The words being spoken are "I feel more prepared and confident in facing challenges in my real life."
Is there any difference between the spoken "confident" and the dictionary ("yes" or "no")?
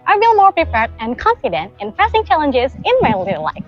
no